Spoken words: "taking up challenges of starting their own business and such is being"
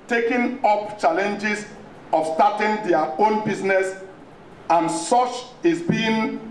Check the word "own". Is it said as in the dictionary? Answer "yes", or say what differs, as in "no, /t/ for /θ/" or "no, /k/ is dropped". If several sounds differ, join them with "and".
yes